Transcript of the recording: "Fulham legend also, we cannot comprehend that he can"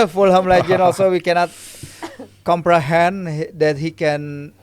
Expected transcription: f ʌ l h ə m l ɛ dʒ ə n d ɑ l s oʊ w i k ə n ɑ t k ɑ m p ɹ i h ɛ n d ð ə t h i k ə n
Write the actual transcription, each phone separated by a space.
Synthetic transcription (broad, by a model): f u l h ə m l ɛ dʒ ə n ɑ l s oʊ w i k ə n ɑ t k ɑ m p ɹ i h ɛ n d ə t h i k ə n